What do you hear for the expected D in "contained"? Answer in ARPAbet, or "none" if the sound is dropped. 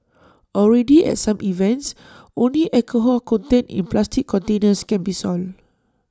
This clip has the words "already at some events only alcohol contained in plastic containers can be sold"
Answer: none